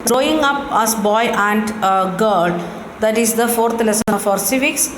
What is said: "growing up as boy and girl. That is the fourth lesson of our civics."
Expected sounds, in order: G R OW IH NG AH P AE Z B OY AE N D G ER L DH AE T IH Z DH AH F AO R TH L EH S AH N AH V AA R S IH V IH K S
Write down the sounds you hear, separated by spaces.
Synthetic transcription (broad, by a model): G R OW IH NG AH P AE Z B OY AE N D G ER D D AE T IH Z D AH F AO R T L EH S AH AH F AA R S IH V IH K S